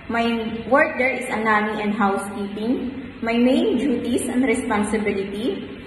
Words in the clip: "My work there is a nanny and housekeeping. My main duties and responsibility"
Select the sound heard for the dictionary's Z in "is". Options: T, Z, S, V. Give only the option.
S